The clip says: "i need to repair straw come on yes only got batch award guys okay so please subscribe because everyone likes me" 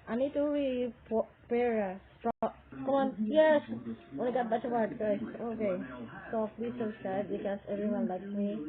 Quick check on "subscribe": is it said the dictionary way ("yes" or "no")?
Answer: no